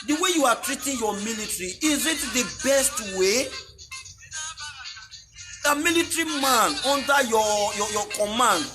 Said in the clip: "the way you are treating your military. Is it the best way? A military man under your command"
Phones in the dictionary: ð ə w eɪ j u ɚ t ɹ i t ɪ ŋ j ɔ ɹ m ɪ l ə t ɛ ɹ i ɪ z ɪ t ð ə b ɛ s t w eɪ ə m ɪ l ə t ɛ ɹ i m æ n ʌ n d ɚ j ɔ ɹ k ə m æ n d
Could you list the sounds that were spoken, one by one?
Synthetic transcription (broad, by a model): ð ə w eɪ j u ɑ t ɹ i t ɪ ŋ j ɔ m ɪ l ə t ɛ ɹ i ɪ z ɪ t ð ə b ɛ s t w eɪ ə m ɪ l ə t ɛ ɹ i m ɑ n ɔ n d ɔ j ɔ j k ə m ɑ n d